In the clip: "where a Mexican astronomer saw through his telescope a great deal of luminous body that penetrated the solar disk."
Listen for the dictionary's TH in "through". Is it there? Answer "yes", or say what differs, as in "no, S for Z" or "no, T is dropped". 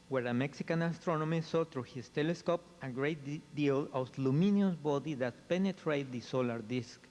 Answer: no, T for TH